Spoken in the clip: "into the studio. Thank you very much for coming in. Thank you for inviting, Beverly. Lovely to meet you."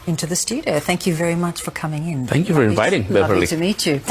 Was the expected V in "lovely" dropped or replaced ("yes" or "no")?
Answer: yes